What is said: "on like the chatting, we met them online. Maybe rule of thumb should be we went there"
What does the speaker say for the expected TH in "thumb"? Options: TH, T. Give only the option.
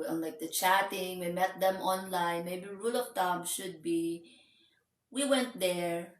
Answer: T